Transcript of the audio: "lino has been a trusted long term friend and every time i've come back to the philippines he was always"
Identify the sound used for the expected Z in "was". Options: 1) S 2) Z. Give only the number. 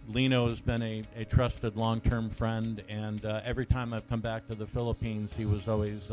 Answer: 2